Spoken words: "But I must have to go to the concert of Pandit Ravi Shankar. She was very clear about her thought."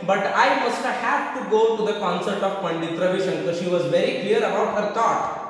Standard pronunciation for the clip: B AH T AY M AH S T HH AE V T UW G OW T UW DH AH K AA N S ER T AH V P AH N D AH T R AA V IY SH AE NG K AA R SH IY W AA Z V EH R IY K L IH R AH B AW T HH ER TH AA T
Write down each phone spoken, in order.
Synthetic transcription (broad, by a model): B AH T AY M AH S T HH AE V T UW G OW T UW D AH K AA N S ER T AH V P AH N D AH T R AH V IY SH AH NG K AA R SH IY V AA Z V EH R IY K L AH R AH B AW T HH ER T AA T